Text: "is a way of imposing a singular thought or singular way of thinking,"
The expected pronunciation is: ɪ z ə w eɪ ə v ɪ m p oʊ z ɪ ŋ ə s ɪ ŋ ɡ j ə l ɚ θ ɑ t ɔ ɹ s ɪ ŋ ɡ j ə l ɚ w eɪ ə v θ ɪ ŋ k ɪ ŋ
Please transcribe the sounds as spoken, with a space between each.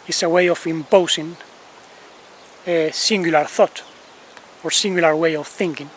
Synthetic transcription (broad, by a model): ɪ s ə w eɪ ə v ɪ m p oʊ s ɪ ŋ ə s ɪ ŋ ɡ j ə l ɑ θ ɑ t ɔ ɹ s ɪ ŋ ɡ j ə l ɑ w eɪ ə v θ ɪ ŋ k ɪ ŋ